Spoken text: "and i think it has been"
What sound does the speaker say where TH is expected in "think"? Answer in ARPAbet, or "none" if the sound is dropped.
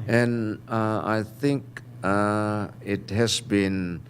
TH